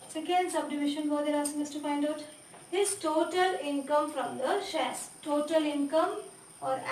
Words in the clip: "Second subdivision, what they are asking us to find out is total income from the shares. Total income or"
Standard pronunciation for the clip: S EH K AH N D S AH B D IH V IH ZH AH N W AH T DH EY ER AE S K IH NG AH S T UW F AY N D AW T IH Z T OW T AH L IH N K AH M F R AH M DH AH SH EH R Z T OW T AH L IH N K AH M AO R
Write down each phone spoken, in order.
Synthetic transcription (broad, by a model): S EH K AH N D S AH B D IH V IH SH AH N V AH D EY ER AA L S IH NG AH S T UW F AY N D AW T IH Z T OW T AH L IH N K AH M F R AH M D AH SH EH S T OW T AH L IH N K AH M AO R